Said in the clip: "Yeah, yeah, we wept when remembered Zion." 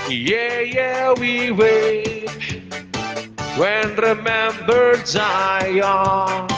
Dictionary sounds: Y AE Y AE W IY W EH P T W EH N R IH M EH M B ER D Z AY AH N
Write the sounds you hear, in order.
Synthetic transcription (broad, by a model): Y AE Y AE W IY W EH T W EH N R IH M EH M B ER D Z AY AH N